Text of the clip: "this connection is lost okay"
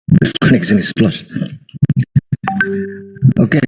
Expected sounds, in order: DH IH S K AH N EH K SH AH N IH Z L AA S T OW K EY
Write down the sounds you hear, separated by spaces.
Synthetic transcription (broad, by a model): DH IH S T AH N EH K S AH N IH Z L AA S T OW K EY